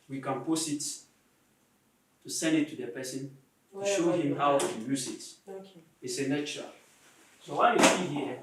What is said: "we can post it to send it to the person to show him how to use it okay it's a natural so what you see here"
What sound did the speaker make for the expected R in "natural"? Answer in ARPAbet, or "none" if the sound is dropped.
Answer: none